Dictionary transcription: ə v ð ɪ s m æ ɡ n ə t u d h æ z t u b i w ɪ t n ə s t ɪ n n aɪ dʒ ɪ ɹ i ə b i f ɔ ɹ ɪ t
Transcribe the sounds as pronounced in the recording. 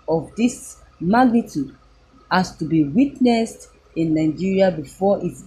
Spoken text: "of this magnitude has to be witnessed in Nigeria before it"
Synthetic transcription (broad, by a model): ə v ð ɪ s m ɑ ɡ n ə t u d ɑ s t u b i w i t n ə s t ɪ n n aɪ dʒ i ɹ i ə b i f ɔ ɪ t